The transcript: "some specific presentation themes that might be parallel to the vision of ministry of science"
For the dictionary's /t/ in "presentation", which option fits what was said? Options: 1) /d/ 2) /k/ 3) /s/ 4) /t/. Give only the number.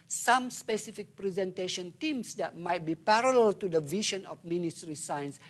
4